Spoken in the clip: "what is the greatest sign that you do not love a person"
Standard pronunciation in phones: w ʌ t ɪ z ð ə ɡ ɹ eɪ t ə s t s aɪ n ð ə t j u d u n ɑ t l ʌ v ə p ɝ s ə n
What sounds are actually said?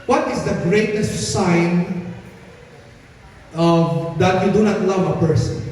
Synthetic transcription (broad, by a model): w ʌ t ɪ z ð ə ɡ ɹ eɪ t ə s t s aɪ n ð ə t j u d u n ɑ t l ʌ v ə p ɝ s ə n